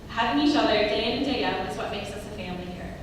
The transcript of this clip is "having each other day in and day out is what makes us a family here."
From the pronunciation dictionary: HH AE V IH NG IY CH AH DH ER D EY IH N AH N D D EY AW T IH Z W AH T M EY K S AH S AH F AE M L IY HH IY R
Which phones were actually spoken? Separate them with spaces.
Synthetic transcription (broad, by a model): HH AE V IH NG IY SH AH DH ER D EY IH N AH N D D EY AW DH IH S W AH T M EY K S AH S AH F AE M L IY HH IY R